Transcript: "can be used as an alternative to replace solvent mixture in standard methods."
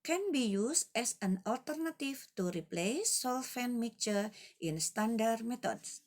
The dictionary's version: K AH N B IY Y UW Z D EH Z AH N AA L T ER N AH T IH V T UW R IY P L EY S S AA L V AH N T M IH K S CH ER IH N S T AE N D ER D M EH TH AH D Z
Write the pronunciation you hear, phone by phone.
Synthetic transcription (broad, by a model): K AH N B IY Y UW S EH S AH N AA L T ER N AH T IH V T UW R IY P L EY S S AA L F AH N M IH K CH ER IH N S T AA N D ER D M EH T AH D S